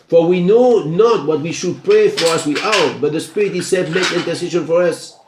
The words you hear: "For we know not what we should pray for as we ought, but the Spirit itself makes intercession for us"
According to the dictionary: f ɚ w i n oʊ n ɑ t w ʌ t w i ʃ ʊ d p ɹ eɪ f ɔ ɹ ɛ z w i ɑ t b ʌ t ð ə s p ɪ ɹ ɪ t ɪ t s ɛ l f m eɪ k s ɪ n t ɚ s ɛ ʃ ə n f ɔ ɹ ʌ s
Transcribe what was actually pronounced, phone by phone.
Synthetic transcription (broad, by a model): f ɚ w i n oʊ n ɑ t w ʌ t w i ʃ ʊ d p ɹ eɪ f ɔ ɹ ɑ s w i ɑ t b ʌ t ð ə s p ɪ ɹ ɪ t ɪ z s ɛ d m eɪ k ɪ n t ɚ s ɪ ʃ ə n f ɔ ɹ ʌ s